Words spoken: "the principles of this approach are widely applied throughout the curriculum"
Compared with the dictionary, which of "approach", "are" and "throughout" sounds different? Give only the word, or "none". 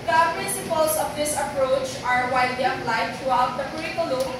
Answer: throughout